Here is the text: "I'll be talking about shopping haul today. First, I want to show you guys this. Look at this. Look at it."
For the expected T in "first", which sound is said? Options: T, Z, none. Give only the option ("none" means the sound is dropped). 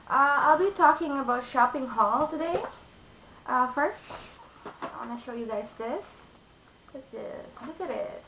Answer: T